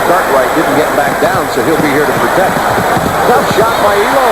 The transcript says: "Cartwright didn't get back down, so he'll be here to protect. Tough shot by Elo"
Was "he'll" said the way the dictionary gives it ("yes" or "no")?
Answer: yes